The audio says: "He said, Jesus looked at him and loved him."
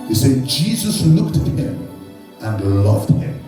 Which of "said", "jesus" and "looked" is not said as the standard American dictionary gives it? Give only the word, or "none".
none